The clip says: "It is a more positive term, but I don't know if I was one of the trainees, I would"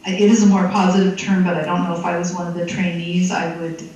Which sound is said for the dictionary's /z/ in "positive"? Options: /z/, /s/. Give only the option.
/z/